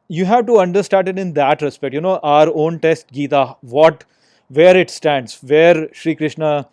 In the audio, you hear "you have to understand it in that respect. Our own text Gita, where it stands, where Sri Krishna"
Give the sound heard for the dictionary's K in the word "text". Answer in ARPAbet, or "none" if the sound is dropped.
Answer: none